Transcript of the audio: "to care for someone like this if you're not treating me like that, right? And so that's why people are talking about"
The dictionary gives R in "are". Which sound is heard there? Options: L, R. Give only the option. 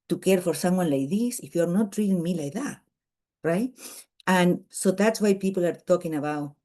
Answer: R